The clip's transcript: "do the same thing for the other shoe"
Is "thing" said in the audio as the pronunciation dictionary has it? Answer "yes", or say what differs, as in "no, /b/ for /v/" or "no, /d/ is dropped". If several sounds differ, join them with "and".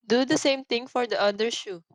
no, /t/ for /θ/